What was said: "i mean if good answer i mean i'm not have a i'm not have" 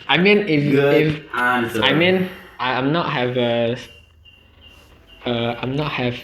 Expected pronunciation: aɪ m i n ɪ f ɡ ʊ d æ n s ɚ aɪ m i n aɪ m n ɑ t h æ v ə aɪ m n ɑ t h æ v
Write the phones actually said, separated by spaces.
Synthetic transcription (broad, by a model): aɪ m i n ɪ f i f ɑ s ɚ aɪ m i n aɪ m n ɑ t h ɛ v ə aɪ m n ɑ t h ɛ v